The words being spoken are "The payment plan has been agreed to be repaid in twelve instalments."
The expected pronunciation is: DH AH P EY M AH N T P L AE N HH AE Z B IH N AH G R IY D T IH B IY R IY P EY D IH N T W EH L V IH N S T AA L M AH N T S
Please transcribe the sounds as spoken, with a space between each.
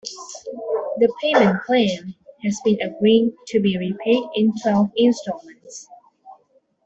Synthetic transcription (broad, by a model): DH AH P EY M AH N P L AE N HH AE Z B IH N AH G R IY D T IH B IY R IY P EY D IH N T W EH L V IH N S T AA M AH N T S